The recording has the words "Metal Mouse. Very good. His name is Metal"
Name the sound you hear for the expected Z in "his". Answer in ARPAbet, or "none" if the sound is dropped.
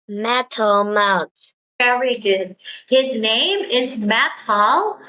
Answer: Z